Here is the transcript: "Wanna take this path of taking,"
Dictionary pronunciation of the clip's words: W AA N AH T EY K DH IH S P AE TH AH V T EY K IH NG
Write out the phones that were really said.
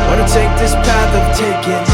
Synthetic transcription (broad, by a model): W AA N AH T EY K DH IH S P AE TH AH V T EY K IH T